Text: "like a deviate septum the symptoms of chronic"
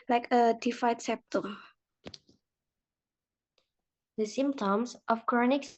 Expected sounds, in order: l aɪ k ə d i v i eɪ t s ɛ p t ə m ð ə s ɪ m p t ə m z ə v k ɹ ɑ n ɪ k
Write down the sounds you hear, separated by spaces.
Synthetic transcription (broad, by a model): l aɪ k ə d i f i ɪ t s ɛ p t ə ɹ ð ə s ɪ m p t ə m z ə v k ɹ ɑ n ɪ k